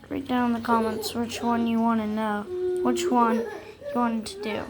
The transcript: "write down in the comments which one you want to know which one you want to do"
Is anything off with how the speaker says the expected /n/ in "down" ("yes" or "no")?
yes